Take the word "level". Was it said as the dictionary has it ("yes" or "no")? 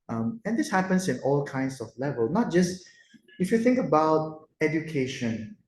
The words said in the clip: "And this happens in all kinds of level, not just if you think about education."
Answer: yes